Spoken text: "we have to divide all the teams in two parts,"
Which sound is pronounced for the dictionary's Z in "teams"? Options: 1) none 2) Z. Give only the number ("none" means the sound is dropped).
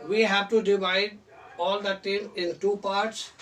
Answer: 1